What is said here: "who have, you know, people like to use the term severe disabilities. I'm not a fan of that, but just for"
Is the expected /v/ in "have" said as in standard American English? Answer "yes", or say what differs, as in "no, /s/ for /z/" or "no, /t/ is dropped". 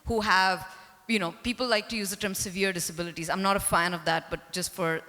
yes